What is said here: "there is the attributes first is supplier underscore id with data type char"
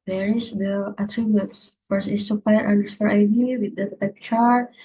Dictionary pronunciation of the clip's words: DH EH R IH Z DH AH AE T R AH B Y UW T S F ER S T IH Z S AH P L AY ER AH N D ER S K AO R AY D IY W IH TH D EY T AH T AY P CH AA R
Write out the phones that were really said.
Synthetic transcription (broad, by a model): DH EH R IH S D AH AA T R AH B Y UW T S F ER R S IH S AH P AY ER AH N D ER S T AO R AY D IY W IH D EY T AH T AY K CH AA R